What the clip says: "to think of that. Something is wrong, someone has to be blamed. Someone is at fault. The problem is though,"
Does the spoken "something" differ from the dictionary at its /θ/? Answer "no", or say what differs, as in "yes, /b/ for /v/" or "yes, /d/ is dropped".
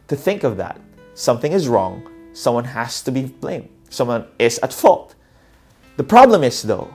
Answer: no